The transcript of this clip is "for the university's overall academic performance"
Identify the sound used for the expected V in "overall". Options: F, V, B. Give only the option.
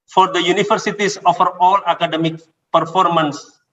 F